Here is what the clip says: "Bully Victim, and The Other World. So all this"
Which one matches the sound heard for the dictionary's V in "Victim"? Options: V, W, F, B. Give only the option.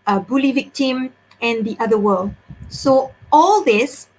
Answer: V